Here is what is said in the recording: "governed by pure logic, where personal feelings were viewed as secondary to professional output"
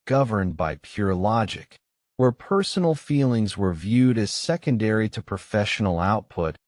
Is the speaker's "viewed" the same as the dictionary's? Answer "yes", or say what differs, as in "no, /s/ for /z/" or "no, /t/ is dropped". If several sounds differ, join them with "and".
yes